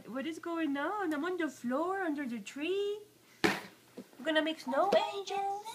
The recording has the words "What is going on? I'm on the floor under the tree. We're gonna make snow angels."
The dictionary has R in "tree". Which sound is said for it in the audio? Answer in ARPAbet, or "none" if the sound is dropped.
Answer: R